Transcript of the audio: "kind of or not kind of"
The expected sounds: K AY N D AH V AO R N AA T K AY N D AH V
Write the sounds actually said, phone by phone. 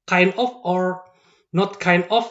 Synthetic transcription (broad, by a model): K AY N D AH F AO R N AA T K AY N D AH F